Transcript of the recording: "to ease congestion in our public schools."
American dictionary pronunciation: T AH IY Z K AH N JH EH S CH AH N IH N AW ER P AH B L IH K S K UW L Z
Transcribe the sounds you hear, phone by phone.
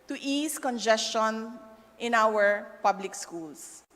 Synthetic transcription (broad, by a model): T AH IY S K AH N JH EH S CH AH N IH N AW ER P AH B L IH K S K UW L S